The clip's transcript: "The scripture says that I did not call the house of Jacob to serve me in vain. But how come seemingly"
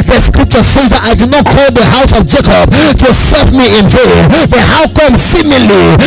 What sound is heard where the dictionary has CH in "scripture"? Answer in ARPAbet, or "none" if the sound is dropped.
CH